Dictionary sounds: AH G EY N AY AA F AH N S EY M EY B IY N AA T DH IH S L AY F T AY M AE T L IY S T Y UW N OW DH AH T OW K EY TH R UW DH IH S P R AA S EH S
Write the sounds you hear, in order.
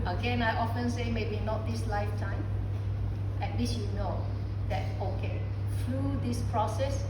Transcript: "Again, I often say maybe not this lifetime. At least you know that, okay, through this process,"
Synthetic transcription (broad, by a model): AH G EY N AY AA F AH N S EY M EY B IY N AA T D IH S L AY F T AY M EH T W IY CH Y UW N OW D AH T OW K EY F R UW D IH S P R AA S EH S